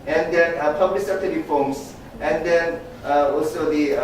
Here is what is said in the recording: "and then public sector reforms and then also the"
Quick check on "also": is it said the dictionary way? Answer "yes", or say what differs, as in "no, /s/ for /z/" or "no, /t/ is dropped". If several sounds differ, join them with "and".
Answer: yes